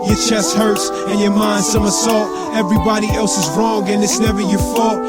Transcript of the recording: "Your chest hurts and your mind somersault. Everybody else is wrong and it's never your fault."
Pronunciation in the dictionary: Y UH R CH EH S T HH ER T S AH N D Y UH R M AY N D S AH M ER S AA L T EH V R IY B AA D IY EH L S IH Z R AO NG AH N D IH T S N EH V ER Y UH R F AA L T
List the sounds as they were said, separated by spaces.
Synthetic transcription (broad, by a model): Y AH R CH EH S T HH ER T S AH N Y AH R M AY N D S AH M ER S AA L T EH V R IY B AA D IY EH L S IH Z R AO NG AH N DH IH T S N EH V ER Y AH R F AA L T